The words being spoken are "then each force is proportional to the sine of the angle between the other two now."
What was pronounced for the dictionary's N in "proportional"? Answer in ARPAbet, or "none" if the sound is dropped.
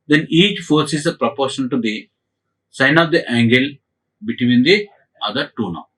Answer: none